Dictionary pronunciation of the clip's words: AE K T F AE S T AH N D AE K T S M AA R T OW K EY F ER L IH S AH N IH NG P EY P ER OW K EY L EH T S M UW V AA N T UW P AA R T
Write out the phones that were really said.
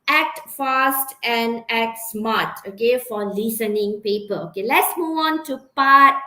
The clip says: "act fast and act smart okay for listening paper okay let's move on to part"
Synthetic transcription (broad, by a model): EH K T F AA S T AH N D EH K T S M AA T OW K EY F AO L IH S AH N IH NG P EY P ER OW K EY L EH T S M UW AA N T UW P AA T